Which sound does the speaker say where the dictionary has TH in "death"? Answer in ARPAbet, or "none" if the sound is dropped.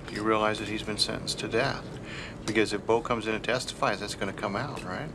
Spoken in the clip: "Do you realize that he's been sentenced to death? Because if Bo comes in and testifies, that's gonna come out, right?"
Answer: TH